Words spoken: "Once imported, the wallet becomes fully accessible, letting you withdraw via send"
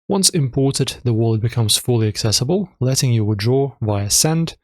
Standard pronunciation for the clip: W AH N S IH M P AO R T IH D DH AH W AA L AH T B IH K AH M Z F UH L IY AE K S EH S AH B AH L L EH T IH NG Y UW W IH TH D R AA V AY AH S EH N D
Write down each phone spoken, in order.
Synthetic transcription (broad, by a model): W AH N S IH M P AO R T IH D DH AH W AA L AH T B IH K AH M Z F UH L IY AE K S EH S AH B AH L L EH T IH NG Y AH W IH D R AA V AY AH S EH N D